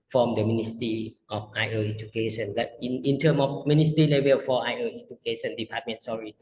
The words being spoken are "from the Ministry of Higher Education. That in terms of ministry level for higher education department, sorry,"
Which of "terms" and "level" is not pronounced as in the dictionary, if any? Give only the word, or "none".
terms